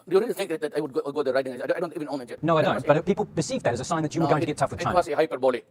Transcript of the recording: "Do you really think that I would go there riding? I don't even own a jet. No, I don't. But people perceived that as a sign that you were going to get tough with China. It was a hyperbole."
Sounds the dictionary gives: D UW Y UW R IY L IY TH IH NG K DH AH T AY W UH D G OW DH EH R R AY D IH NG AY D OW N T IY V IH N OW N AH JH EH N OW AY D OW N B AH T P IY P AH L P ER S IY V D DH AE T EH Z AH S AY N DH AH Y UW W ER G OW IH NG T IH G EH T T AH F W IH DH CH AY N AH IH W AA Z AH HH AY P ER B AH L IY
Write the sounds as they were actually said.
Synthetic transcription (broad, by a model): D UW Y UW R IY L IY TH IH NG K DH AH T AY W UH D G OW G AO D R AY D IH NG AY D OW N T IY V IH N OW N AH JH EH N OW AY D OW N B AH T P IY P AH L B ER S IY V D DH AE T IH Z AH S AY N DH AH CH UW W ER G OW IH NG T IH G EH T T AH F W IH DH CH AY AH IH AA S AH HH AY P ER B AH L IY